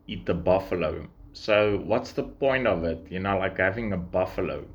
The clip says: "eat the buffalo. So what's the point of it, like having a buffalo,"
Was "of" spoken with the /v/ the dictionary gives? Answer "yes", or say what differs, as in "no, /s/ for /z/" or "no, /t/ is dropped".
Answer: yes